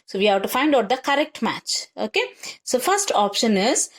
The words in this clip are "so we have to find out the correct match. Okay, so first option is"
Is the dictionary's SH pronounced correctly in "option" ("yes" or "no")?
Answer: yes